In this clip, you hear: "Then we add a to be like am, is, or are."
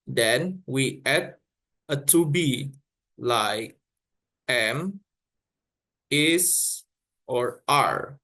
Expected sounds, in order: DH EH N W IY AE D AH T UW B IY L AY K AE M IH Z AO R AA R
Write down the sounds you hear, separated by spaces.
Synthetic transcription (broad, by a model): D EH N W IY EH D AH T UW B IY L AY K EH M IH S AO R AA R